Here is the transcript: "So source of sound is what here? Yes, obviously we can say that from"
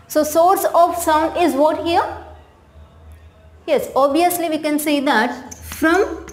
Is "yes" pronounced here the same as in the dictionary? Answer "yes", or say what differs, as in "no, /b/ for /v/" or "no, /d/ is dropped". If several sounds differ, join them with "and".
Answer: yes